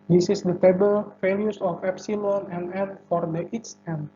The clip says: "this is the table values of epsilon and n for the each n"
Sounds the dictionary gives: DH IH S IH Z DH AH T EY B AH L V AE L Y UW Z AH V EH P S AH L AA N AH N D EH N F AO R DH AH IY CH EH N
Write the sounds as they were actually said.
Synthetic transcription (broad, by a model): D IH S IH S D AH T EY B AH L F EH L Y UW S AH F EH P S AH L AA N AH N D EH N F AO R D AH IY S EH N